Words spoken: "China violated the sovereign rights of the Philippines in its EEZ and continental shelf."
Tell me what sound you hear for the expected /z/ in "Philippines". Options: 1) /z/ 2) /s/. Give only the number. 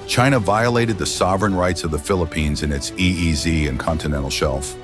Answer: 1